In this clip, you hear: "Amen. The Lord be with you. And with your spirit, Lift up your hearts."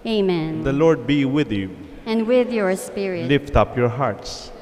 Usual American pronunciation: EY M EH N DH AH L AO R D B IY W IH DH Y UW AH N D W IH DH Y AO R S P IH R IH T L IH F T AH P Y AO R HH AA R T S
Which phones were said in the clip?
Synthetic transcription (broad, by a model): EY M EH N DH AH L AO R D B IY W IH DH Y UW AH N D W IH DH Y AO R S P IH R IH L IH F T AH P Y AO R HH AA R T S